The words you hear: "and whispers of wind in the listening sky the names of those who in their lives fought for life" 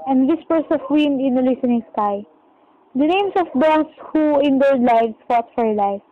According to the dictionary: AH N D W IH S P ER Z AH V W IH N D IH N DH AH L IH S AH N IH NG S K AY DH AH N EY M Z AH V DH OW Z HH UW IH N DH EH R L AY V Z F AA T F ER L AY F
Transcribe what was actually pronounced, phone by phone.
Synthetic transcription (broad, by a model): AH N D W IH S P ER S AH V W IH N D IH N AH L IH S AH N IH NG S K AY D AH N EY M S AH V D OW S HH UW IH N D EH R L AY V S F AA T F ER L AY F